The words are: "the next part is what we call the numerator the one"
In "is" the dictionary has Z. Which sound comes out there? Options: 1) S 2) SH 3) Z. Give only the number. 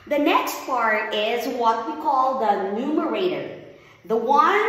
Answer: 3